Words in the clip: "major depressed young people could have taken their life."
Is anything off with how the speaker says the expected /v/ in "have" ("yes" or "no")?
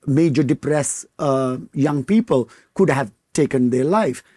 no